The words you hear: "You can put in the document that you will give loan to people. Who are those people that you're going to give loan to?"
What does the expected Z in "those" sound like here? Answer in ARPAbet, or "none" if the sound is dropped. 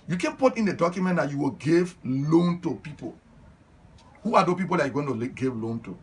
none